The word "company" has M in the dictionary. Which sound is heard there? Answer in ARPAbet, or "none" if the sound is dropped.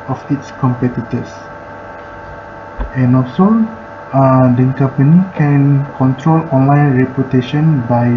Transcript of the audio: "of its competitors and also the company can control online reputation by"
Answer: none